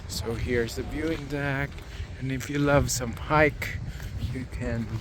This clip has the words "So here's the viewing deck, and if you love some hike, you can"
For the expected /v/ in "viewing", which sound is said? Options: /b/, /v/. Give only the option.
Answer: /b/